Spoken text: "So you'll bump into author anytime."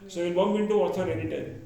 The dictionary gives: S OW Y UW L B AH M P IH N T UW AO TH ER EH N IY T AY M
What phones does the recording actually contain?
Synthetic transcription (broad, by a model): S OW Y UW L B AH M B IH N T UW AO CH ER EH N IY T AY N